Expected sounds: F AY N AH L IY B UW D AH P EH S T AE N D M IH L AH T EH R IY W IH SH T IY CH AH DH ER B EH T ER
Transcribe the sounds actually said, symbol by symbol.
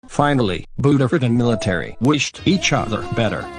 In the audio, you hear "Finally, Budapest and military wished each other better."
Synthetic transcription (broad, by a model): F AY N L IY B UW D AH IH T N M IH L AH T EH R IY W IH SH T IY CH AH DH ER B EH T ER